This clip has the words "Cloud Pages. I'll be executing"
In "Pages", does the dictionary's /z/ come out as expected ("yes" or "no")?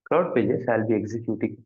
no